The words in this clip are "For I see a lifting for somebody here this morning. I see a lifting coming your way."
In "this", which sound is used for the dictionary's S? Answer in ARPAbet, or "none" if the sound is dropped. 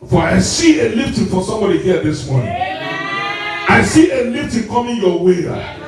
S